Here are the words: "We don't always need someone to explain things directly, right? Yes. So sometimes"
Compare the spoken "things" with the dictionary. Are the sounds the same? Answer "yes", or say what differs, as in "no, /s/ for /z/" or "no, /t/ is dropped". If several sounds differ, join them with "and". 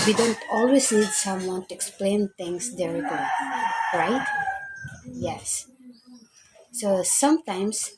no, /t/ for /θ/ and /s/ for /z/